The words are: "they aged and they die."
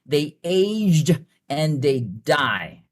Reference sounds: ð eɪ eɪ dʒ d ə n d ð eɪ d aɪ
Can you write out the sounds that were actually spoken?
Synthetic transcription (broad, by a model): ð eɪ eɪ dʒ d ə n ð eɪ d aɪ